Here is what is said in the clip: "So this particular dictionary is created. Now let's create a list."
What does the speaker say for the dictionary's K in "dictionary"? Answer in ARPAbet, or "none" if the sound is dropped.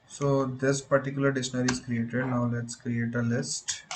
none